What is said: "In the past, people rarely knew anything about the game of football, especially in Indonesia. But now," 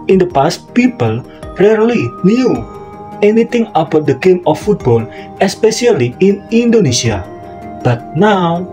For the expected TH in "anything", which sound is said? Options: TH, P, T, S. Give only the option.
T